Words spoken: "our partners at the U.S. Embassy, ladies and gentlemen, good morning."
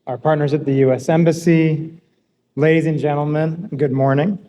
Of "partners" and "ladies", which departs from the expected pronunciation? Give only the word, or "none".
none